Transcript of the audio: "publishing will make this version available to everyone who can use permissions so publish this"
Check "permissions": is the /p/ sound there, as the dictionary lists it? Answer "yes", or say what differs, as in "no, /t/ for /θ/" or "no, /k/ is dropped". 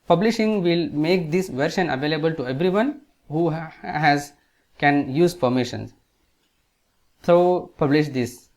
no, /f/ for /p/